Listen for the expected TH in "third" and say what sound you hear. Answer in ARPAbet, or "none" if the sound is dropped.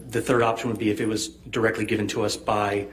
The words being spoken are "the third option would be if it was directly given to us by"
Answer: TH